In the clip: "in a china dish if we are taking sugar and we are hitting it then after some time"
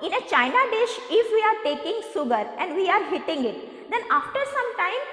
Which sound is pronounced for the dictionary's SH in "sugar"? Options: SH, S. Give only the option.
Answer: S